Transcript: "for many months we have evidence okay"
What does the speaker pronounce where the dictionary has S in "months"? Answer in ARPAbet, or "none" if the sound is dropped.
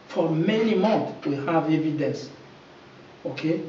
none